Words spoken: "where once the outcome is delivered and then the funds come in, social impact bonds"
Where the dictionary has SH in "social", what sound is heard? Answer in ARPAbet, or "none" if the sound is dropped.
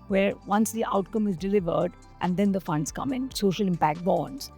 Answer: SH